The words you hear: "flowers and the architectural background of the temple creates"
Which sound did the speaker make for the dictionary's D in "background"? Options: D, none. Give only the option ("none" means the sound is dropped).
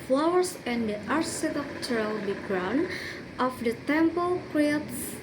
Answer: none